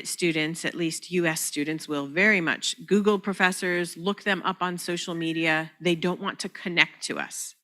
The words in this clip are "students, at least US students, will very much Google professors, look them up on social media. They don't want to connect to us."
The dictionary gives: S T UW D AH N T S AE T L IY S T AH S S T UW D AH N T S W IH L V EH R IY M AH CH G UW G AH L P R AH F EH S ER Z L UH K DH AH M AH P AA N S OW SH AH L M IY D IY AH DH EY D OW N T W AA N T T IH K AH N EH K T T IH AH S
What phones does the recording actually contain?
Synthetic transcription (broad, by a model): S T UW D N T S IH T L IY S T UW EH S T UW D N T S W IH L V EH R IY M AH CH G UW G L P R AH F EH S ER Z L UH K DH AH M AH P N S OW SH L M IY D IY AH DH EY D OW N T W AA N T T IH K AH N EH K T T IH AH S